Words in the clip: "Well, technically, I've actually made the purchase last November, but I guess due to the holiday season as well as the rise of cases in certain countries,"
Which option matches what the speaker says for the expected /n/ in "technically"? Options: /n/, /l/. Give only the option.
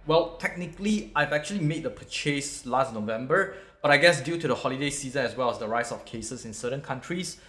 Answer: /n/